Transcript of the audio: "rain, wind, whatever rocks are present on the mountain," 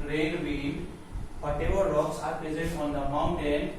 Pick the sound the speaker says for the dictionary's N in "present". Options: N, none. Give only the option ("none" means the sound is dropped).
none